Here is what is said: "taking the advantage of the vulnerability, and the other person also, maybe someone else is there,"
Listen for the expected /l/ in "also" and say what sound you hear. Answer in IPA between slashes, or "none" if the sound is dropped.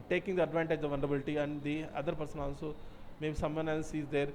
/n/